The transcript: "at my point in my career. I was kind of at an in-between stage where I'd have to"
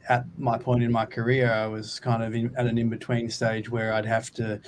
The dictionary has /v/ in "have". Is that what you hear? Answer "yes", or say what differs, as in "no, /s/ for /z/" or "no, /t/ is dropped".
no, /f/ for /v/